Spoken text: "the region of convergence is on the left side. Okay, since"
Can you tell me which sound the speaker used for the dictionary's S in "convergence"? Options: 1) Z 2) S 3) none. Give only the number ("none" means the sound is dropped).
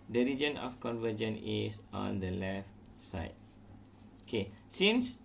3